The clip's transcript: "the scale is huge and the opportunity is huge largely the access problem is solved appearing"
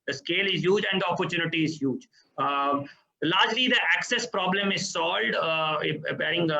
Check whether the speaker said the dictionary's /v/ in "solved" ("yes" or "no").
no